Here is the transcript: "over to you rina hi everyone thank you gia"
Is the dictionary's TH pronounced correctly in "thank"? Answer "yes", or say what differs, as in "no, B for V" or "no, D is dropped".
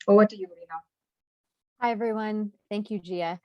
yes